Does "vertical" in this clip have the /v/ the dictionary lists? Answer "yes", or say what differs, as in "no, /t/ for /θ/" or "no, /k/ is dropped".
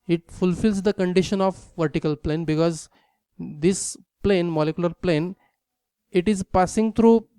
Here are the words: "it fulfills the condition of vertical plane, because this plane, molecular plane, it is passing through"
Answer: yes